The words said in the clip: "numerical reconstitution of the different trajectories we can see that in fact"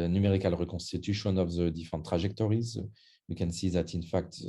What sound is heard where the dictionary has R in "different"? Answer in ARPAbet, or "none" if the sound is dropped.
none